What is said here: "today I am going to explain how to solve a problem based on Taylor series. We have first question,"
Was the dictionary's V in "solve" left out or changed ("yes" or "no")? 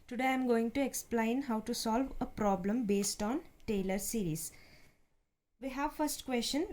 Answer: no